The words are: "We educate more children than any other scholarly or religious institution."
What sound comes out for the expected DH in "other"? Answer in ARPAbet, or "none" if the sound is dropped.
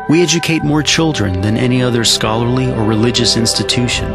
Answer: DH